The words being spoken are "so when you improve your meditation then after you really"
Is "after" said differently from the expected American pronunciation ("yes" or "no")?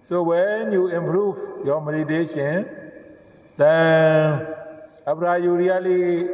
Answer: yes